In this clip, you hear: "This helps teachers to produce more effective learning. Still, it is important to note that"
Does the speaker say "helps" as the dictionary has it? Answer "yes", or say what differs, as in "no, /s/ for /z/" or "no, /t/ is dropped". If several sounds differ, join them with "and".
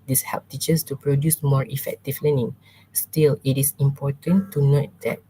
no, /s/ is dropped